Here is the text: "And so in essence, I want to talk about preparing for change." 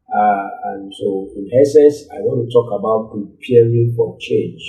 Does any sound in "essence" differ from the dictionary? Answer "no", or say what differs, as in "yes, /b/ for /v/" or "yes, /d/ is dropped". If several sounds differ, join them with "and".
yes, /n/ is dropped